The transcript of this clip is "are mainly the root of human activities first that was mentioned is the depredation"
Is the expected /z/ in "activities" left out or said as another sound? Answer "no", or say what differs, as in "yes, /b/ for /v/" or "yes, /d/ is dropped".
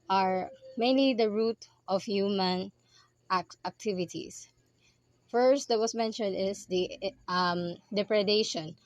yes, /s/ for /z/